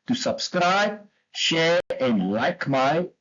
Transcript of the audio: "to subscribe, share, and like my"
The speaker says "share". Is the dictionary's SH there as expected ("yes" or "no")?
yes